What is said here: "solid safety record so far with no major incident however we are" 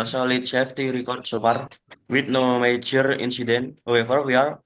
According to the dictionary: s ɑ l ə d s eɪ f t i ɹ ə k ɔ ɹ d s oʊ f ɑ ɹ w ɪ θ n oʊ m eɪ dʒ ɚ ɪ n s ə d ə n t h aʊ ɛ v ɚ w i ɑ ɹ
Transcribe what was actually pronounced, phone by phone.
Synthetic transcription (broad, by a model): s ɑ l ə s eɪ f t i ɹ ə k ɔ ɹ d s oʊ p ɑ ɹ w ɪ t n oʊ m eɪ dʒ ɚ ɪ n s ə d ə n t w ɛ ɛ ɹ w i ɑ ɹ